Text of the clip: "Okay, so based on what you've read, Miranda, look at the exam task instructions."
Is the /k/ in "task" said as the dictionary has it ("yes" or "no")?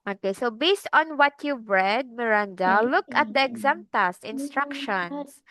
no